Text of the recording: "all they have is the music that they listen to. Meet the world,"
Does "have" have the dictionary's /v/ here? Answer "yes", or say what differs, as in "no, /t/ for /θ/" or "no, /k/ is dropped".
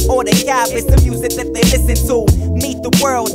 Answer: no, /b/ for /v/